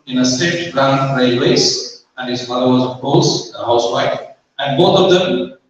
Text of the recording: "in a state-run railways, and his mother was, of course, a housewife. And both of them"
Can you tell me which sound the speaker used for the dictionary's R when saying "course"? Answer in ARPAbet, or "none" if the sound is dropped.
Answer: L